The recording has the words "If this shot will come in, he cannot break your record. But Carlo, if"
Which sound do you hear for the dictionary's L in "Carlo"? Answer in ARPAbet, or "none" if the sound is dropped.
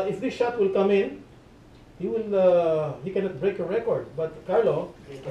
L